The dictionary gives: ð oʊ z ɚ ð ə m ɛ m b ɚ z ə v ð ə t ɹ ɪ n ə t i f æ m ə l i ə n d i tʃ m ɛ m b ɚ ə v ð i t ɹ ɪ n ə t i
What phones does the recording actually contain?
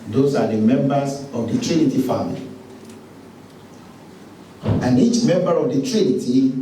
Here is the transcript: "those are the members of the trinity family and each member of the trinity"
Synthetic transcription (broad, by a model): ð oʊ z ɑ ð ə m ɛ m b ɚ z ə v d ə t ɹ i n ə t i f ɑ m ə l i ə n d i tʃ m ɛ m b ɚ ə v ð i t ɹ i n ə t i